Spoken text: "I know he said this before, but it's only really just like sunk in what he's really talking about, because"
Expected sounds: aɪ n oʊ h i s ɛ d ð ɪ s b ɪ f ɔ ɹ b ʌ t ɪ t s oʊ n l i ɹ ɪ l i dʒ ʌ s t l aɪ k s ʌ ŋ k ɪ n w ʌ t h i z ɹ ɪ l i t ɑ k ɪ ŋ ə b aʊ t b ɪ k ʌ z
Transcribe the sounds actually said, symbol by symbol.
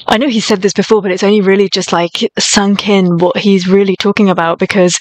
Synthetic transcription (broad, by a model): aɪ n oʊ i s ɛ d ð ɪ s b ɪ f ɔ ɹ b ʌ t ɪ t s oʊ n l i ɹ ɪ l i dʒ ʌ s t l aɪ k s ʌ ŋ k ɪ n w ʌ t h i z ɹ ɪ l i t ɑ k ɪ ŋ ə b aʊ t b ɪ k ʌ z